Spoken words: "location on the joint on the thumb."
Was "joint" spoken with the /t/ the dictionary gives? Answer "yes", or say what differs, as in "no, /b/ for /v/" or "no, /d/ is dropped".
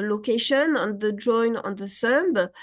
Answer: no, /t/ is dropped